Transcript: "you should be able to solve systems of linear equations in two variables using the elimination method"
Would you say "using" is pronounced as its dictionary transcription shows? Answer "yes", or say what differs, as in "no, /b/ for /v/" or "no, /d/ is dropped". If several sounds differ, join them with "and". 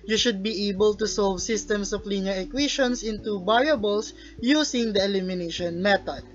no, /s/ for /z/